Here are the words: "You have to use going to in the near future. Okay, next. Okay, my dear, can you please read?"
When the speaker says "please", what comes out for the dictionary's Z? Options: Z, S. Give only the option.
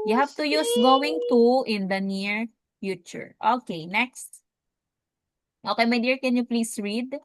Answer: S